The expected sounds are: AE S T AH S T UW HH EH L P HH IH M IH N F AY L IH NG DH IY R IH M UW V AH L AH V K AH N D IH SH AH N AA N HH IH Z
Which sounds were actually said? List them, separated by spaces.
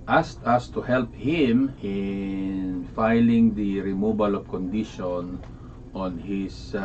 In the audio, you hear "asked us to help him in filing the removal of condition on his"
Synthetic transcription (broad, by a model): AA S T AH S T UW HH EH L P HH IH M IH N F AY L IH NG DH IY R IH M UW B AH L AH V K AH N D IH SH AH N AA N HH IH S